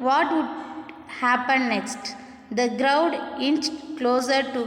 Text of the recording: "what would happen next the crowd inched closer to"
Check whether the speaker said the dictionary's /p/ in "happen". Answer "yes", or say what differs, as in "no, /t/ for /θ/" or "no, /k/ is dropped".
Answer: yes